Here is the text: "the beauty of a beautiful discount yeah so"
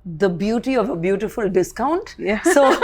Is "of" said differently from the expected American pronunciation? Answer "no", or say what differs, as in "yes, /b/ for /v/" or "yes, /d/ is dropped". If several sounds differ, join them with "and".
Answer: no